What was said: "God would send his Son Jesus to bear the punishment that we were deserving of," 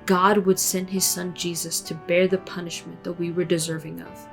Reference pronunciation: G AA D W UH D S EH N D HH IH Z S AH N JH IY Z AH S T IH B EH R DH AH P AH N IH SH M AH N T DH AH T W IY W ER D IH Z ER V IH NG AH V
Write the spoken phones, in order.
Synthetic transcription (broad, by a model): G AA D W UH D S EH N D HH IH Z S AH N JH IY Z AH S T IH B EH R DH AH P AH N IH SH M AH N DH AH T W IY W ER D IH Z ER V IH NG AH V